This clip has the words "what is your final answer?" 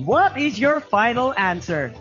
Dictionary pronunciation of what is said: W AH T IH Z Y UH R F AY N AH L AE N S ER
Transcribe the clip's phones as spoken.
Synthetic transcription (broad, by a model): W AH T IH Z Y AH R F AY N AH L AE N S ER